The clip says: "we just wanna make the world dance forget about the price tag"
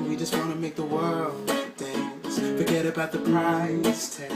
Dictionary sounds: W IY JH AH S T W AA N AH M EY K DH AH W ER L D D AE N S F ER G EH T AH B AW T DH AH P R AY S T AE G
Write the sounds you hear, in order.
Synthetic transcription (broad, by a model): W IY JH AH S T W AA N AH M EY K DH AH W ER L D D AE N S F ER G EH T AH B AW T DH AH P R AY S T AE